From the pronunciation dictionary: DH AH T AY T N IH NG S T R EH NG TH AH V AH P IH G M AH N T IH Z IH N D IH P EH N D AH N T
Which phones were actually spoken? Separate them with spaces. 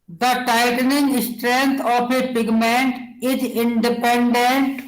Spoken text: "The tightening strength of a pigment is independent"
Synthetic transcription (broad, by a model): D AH T AY T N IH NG S T R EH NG T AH P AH P IH G M AH N T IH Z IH N D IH P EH N D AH N T